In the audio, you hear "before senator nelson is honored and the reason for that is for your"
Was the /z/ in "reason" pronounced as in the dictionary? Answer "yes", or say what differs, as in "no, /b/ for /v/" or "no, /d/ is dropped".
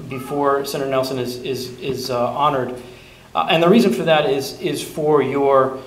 yes